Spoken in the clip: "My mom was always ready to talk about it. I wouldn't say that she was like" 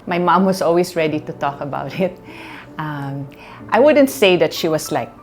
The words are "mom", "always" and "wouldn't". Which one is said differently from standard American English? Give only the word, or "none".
always